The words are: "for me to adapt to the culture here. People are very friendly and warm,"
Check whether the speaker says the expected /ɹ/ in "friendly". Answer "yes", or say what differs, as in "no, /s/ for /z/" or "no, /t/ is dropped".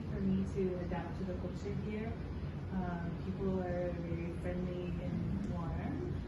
yes